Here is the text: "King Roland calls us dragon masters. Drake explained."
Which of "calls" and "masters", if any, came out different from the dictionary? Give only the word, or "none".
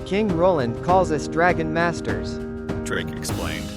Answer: none